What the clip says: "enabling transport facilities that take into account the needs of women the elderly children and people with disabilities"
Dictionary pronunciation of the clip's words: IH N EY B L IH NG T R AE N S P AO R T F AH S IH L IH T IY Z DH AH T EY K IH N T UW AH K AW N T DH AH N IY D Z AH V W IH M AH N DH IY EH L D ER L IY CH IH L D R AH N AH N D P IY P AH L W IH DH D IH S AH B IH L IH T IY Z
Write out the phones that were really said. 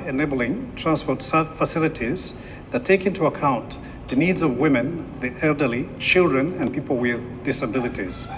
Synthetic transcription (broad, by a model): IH N EY B L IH NG T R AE N S P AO R T F AH S IH L IH T IY Z DH AH T EY K IH N T UW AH K AW N DH AH N IY D Z AH V W IH M AH N DH IY EH L D ER L IY CH IH L D R AH N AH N P IY P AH L W IH DH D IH S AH B IH L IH T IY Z